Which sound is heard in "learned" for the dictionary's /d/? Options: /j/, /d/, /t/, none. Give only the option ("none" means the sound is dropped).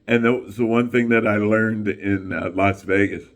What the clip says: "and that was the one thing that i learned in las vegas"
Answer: /d/